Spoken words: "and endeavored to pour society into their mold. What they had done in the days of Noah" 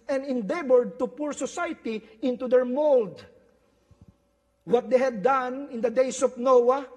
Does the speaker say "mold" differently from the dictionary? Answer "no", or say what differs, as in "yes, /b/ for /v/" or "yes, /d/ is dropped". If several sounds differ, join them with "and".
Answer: no